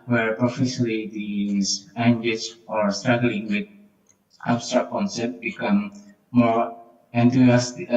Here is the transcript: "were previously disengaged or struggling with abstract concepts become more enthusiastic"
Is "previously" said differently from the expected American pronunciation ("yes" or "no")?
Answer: yes